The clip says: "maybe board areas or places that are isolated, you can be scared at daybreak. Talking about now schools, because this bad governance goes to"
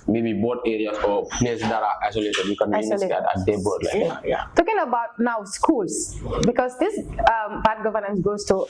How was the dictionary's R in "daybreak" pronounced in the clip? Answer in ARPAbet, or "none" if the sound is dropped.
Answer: L